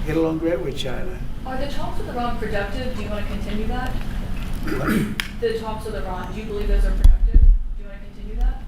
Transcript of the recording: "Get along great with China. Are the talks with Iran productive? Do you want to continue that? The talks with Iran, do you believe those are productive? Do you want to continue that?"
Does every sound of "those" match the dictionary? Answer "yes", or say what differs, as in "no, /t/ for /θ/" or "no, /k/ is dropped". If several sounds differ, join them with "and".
yes